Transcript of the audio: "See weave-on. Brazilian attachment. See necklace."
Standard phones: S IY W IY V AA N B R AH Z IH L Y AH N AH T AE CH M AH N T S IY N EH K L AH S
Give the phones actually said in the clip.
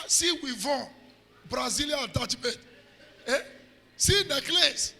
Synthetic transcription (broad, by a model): S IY W IY V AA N B R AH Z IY L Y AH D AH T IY M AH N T S IY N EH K L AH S